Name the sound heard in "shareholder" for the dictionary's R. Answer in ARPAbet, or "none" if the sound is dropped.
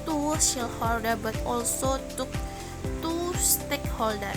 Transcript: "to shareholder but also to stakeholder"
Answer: L